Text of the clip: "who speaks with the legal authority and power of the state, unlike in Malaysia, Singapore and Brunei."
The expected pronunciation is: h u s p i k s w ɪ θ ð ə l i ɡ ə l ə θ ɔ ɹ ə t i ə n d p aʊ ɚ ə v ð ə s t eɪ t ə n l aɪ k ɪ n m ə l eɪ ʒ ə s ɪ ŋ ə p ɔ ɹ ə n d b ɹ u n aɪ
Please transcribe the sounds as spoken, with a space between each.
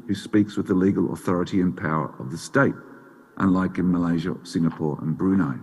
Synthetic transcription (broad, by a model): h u s p i k s w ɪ ð ə l i ɡ ə l ə θ ɔ ɹ ə t i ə n p aʊ ɚ ə v ð ə s t eɪ t ə n l aɪ k ɪ n m ə l eɪ ʒ ə s ɪ ŋ ə p ɔ ɹ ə n b ɹ u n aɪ